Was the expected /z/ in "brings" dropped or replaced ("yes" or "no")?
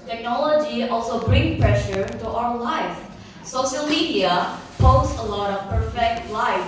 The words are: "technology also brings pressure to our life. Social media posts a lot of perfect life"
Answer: yes